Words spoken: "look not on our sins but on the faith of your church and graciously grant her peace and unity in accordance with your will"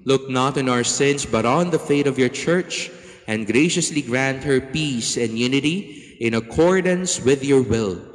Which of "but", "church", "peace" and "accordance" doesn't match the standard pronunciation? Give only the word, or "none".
none